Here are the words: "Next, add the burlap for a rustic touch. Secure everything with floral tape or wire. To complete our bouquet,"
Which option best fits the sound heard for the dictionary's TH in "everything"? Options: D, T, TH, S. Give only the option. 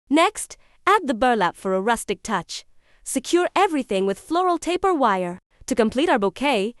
TH